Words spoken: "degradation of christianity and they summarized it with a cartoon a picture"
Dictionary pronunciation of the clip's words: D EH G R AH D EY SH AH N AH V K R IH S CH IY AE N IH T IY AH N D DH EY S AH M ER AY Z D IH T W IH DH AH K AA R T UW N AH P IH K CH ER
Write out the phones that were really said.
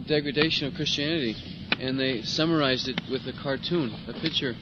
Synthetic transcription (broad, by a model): D EH G R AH D EY SH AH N AH V K R IH S CH IY AE N IH T IY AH N DH EY S AH M ER AY Z D IH T W IH DH AH K AA R T UW N AH P IH K CH ER